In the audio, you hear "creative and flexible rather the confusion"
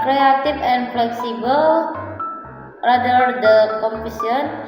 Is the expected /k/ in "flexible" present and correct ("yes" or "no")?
yes